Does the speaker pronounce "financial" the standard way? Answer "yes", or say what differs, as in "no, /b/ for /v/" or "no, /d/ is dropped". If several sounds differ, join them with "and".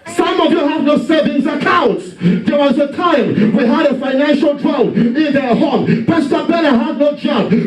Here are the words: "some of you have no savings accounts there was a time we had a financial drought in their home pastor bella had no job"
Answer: yes